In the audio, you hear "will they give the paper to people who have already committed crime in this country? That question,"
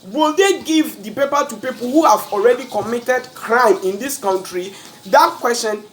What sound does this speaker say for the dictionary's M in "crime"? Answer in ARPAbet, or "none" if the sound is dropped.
M